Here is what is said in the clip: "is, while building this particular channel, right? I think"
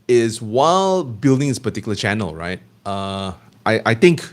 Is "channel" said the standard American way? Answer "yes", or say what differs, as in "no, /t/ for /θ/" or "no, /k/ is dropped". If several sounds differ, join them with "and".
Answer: yes